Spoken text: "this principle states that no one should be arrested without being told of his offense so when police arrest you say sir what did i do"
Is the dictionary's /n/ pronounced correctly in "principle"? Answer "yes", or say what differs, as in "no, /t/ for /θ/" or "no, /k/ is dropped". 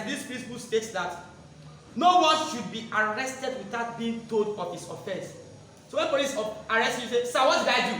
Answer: no, /n/ is dropped